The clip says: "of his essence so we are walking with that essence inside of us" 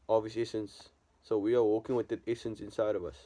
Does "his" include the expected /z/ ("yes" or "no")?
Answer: no